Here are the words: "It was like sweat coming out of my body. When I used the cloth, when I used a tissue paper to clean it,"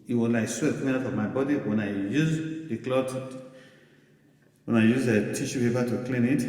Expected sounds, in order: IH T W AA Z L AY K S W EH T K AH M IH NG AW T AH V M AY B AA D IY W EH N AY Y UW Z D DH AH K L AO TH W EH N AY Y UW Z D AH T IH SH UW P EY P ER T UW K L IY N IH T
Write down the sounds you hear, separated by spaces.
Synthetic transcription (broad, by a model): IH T W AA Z L AY K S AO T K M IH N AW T AH V M AY B AA D IY W EH N AY Y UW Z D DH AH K L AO T W EH N AY Y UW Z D AH T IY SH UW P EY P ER T UW K L IY N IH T